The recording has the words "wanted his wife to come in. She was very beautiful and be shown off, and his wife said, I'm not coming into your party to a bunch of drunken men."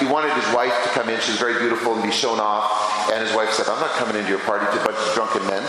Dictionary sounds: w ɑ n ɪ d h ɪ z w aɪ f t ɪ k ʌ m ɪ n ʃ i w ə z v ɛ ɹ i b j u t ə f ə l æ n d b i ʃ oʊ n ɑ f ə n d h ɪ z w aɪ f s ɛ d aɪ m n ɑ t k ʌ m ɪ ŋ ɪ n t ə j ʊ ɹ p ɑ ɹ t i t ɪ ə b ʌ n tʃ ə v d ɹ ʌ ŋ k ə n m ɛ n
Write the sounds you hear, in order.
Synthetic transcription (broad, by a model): w ɑ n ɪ d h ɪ z w aɪ f t ɪ k ʌ m ɪ n ʃ i w ə z v ɛ ɹ i b j u t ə f l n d b i ʃ oʊ n ɑ f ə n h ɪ z w aɪ f s ɛ d aɪ m n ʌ t k ʌ m ɪ ŋ ɪ n t ə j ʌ ɹ p ɑ ɹ t i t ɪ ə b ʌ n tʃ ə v d ɹ ʌ ŋ k ə n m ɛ n